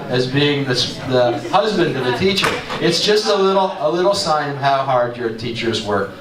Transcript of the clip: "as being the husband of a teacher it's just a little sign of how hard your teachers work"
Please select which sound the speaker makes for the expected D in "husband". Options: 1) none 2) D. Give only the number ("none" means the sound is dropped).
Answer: 2